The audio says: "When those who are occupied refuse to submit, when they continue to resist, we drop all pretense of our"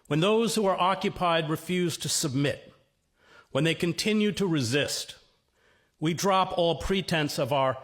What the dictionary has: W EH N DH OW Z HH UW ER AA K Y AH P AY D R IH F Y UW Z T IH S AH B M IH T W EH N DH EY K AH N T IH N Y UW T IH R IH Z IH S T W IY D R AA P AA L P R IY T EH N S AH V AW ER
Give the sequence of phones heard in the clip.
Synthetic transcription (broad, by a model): W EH N DH OW Z HH UW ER AA K Y AH P AY D R IH F Y UW Z T IH S AH B M IH T W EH N DH EY K AH N T IH N Y UW T IH R IH Z IH S T W IY D R AA P AA L P R IY T EH N S AH V AW ER